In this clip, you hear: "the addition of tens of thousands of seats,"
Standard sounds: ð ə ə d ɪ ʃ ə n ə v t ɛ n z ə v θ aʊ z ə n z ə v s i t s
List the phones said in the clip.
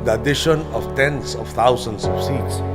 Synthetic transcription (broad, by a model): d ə ə d ɪ ʃ ə n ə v t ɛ n s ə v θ aʊ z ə n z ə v s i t s